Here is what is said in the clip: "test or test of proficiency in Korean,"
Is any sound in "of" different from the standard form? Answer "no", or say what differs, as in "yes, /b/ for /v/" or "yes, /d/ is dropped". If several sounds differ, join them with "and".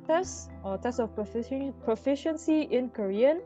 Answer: yes, /p/ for /v/